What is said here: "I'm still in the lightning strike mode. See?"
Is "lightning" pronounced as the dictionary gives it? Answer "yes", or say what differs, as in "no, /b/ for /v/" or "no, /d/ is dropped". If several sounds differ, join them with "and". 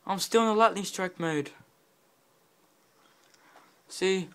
no, /l/ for /n/